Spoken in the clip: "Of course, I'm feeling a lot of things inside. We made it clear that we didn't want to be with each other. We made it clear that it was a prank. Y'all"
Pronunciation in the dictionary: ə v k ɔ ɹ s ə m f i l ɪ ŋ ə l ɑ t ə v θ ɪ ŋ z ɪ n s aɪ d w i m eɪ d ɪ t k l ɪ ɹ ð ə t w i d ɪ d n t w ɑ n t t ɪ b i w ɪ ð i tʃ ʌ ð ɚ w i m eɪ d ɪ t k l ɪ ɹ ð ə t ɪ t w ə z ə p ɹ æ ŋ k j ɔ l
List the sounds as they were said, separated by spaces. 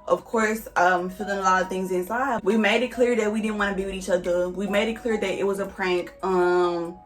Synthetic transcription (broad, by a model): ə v k ɔ ɹ s ə m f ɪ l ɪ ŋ ə l ɑ t ə v θ ɪ ŋ z ɪ n s aɪ d w i m eɪ d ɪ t k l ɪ ɹ ð ə t w i d ɪ d n t w ɑ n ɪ b i w ɪ ð i tʃ ʌ ð ɚ w i m eɪ d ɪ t k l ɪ ɹ ð ə t ɪ t w ə z ə p ɹ æ ŋ k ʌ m